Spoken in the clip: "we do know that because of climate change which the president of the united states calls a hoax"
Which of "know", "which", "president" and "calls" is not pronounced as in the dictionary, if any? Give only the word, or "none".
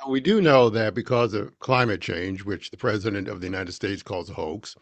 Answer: none